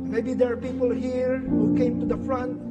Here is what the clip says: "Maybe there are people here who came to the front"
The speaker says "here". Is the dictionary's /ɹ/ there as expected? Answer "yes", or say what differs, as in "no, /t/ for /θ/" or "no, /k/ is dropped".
yes